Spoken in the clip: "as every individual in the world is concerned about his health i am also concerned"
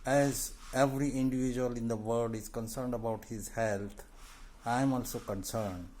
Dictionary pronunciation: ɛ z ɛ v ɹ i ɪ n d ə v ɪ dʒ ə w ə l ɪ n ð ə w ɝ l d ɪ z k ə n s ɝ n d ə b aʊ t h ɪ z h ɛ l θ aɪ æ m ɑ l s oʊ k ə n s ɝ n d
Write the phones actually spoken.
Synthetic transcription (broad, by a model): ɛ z ɛ v ɹ i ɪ n d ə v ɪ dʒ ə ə l ɪ n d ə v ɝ d ɪ z k ə n s ɝ n d ə b aʊ t h ɪ z h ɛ l t aɪ m ɑ l s oʊ k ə n s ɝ n d